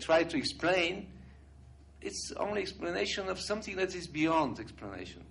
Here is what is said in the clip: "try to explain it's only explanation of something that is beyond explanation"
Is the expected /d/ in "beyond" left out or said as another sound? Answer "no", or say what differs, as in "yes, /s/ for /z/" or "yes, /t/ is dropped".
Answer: no